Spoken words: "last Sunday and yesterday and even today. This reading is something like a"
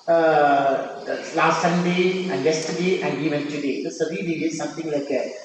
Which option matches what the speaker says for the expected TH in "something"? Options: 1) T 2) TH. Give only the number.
1